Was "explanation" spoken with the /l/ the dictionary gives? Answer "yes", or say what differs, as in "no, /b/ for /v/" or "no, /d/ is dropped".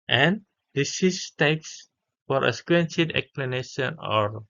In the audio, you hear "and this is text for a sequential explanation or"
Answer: yes